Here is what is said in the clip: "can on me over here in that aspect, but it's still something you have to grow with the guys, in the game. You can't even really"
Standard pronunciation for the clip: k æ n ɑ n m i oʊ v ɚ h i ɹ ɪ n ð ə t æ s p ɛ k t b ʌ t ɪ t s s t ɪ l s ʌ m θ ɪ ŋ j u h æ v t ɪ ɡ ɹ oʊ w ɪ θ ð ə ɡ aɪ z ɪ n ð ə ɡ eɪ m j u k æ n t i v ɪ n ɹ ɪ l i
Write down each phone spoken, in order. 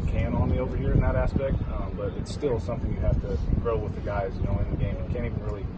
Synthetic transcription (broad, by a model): k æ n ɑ n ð i oʊ v ɚ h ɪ ɹ ɪ n ð ə t æ s p ɛ k t b ʌ t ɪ t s s t ɪ l s ʌ m θ ɪ ŋ j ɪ h æ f t ɪ ɡ ɹ oʊ w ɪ ð ə ɡ aɪ z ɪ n ð ə ɡ eɪ m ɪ k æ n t i v n ɹ ɪ l i